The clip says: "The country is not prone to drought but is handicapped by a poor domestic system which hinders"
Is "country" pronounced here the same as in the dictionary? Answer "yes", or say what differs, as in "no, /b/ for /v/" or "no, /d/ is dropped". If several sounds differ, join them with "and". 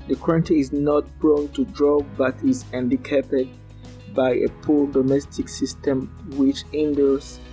no, /ɹ/ is dropped